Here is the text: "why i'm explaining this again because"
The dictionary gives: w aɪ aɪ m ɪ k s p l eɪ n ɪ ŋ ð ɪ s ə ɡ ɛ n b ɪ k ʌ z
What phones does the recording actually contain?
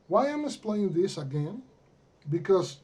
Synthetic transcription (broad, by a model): w aɪ aɪ m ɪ s p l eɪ ɪ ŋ ð ɪ s ə ɡ ɛ n b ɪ k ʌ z